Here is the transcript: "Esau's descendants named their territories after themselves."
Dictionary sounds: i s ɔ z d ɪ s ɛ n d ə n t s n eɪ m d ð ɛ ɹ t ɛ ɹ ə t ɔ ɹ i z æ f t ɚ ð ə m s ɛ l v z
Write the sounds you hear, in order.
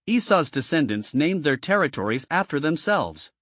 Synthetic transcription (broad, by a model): i s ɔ z d ɪ s ɛ n d ə n t s n eɪ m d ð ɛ ɹ t ɛ ɹ ə t ɔ ɹ i z æ f t ɚ ð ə m s ɛ l v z